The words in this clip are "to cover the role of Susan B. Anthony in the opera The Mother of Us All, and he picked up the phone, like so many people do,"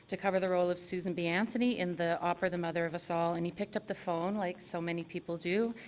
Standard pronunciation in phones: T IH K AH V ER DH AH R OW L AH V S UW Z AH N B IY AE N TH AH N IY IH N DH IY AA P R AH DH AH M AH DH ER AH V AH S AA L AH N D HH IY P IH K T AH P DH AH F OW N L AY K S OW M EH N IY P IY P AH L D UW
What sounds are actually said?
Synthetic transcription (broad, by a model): T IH K AH V ER DH AH R OW L AH V S UW Z N B IY AE N TH AH N IY IH N DH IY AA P R DH AH M AH DH ER AH V AH S AA L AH N IY P IH K T AH P DH AH F OW N L AY K S OW M EH N IY P IY P L D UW